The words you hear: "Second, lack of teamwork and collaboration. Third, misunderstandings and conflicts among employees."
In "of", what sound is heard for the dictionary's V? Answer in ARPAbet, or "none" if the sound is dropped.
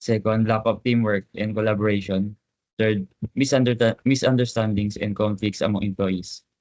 P